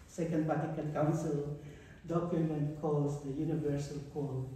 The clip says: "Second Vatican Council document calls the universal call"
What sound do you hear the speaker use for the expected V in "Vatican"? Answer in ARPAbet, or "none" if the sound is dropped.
P